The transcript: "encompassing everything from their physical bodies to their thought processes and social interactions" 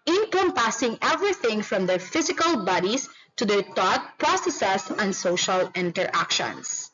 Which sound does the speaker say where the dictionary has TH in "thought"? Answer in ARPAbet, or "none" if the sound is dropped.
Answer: T